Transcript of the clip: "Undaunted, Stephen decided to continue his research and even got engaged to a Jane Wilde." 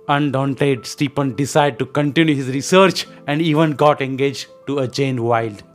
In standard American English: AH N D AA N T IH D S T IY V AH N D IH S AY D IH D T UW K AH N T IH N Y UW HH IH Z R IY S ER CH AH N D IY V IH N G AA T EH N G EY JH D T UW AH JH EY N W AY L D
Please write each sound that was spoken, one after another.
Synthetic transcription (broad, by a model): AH N D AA N T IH D S T IY P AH N D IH S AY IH D T UW K AH N T IH N Y UW HH IH Z R IY S ER CH AH N D IY V IH N G AA T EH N G EY JH T UW AH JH EY N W AY L D